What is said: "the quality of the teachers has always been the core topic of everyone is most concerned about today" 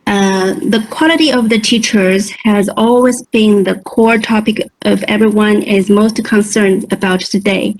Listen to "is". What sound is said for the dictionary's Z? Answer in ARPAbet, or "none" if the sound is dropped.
Z